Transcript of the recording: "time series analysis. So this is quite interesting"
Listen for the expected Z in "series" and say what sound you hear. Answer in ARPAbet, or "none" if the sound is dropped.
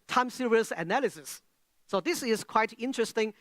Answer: S